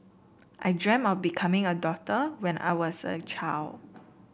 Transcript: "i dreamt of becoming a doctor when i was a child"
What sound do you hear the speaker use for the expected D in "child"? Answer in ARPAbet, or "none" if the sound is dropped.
none